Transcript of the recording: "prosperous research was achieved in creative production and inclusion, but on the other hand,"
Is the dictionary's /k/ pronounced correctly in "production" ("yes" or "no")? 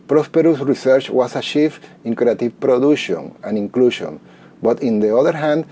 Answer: no